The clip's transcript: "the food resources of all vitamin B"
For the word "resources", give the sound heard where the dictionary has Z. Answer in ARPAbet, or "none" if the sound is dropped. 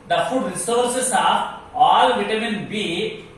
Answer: S